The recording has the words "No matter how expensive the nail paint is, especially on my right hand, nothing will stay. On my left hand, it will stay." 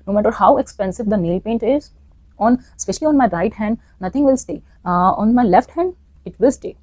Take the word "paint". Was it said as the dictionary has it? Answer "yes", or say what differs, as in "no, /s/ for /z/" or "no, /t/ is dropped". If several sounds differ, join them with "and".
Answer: yes